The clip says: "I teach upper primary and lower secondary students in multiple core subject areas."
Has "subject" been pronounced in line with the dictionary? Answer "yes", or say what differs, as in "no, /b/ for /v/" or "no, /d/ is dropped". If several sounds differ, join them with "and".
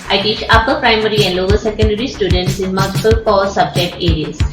yes